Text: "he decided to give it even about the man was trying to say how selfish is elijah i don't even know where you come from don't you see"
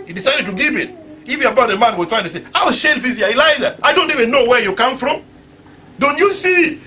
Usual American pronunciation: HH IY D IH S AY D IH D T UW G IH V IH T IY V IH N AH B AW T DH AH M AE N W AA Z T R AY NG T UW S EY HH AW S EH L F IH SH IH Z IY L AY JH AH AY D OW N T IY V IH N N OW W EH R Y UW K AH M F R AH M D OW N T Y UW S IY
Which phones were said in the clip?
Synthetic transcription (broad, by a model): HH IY D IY S AY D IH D T UW G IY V IH T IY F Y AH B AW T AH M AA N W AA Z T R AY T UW S EY AW SH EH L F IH S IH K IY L AY Z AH AY D OW N T IY V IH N N OW W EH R Y UW K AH M F R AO M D OW N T Y UW S IY